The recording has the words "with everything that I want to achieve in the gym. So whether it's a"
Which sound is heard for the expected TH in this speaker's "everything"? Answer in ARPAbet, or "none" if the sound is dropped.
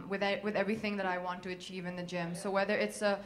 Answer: TH